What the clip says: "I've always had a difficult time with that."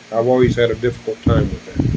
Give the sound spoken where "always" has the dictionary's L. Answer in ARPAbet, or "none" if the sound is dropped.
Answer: L